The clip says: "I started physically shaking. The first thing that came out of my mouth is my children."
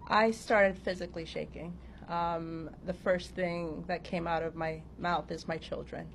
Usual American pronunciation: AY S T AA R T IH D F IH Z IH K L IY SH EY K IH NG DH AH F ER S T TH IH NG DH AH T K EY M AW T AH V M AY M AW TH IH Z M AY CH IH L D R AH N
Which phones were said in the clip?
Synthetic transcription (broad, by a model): AY S T AA R T IH D F IH Z IH K L IY SH EY K IH NG DH AH F ER S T TH IH NG DH AH T K EY M AW T AH V M AY M AW TH IH Z M AY CH IH L D R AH N